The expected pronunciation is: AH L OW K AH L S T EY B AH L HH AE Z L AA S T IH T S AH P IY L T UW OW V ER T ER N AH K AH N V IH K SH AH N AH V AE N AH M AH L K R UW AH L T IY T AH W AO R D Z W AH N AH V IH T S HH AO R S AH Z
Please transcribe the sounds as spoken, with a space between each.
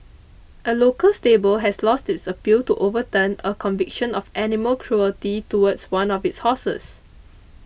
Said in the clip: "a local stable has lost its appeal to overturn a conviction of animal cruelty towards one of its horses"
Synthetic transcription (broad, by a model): AH L OW K AH L S T EY B AH L HH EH S L AA S T IH T S AH P IY L T UW OW V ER T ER N AH K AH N V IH K SH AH N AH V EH N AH M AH L K R UW AH L T IY T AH W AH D S W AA N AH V IH T S HH AO S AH S